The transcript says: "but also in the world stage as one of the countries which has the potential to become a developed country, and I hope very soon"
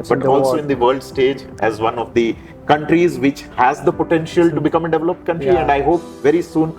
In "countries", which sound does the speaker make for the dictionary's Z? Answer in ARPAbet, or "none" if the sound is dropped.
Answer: Z